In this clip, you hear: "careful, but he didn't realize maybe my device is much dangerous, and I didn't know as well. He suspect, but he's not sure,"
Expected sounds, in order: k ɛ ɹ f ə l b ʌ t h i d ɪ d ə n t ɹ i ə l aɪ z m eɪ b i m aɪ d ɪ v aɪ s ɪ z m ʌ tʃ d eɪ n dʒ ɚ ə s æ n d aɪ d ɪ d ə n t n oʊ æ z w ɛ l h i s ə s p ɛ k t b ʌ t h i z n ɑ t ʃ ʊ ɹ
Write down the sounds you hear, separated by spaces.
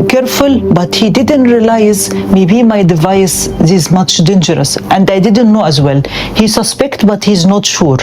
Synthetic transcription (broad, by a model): k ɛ ɹ f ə l b ʌ t h i d ɪ d ə n t ɹ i l aɪ z m eɪ b i m aɪ d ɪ v aɪ s ɪ z m ʌ tʃ d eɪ n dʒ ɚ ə s æ n d aɪ d ɪ d ə n t n oʊ æ z w ɛ l h i s ə s p ɛ k t b ʌ t h i z n ɑ t ʃ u ɹ